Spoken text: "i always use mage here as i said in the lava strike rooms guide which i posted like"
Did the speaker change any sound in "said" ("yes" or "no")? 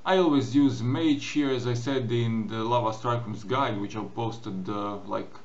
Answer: no